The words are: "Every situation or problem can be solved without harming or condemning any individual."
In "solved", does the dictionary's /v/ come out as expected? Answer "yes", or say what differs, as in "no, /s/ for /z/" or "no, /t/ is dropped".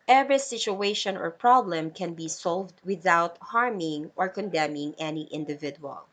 yes